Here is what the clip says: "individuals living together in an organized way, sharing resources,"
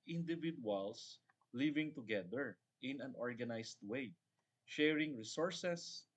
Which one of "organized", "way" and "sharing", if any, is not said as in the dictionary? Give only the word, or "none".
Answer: organized